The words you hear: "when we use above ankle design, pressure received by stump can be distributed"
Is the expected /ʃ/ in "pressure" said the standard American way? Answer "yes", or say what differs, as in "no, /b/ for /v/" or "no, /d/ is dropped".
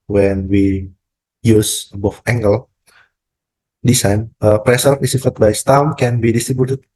no, /s/ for /ʃ/